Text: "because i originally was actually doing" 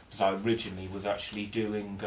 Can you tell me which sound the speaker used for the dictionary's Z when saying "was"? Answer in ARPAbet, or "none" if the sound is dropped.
Z